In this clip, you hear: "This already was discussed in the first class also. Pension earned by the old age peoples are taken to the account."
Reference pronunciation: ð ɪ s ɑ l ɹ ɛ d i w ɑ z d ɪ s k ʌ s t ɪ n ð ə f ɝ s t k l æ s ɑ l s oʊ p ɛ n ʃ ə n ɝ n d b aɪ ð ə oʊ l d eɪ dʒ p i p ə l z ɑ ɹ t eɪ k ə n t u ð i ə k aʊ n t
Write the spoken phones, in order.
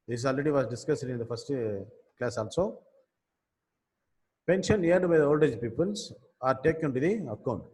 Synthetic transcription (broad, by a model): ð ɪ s ɑ l ɹ ɛ d i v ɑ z d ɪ s k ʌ s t ɪ n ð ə f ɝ s t k l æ s ɑ l s oʊ p ɛ n ʃ ə n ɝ d b aɪ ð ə oʊ l d eɪ dʒ p i p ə l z ɑ ɹ t eɪ k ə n t u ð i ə k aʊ n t